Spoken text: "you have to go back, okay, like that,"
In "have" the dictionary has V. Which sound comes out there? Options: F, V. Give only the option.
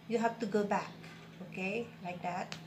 F